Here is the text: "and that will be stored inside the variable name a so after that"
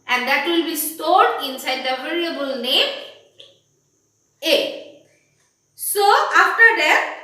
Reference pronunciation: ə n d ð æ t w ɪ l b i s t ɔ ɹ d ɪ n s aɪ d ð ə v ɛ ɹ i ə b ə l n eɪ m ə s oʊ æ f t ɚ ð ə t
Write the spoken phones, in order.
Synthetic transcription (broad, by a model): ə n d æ t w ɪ l b i s t ɔ ɹ d ɪ n s aɪ d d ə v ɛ l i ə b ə l n eɪ m ə s oʊ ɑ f t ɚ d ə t